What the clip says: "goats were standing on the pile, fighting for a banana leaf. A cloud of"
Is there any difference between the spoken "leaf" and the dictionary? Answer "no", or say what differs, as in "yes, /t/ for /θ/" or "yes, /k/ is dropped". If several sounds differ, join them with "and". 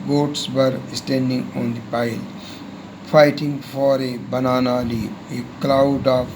yes, /f/ is dropped